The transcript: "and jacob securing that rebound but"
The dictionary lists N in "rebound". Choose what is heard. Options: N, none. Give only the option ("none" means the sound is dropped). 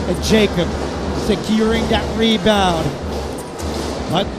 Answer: none